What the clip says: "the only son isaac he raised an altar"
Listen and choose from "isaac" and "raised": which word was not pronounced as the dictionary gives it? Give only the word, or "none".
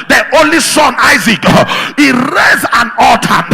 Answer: raised